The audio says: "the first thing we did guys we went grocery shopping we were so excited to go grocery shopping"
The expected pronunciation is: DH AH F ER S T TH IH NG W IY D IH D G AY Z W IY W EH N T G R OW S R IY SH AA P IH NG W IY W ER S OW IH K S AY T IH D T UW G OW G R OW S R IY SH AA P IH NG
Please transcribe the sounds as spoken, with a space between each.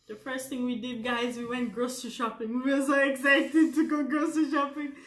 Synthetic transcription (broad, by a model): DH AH F ER S T TH IH NG W IY D IH D G AY Z W IY W EH N T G R OW S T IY SH AA P IH NG W IY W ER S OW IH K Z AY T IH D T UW G OW G R OW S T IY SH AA P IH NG